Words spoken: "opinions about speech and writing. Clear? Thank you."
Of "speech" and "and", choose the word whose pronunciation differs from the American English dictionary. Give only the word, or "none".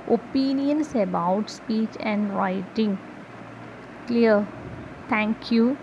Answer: none